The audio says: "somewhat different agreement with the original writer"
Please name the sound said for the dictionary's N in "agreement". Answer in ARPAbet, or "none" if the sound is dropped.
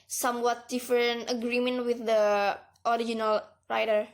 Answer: N